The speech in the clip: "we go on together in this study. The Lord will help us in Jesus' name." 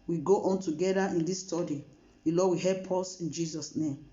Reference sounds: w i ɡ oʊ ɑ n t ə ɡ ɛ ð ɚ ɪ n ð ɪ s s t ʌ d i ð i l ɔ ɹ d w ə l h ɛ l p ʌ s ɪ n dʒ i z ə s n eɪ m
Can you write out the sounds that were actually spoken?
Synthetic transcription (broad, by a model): w i ɡ oʊ ɑ n t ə ɡ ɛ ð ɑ ɪ n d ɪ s s t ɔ d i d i l ɔ w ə h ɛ p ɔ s ɪ n dʒ i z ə s n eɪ m